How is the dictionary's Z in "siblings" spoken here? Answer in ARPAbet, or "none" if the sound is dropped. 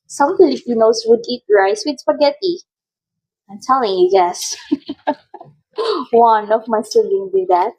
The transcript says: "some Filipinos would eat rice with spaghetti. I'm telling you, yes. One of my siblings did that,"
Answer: none